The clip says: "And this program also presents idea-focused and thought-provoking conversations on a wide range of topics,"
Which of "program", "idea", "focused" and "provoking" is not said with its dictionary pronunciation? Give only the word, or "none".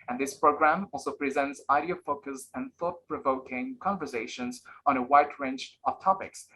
focused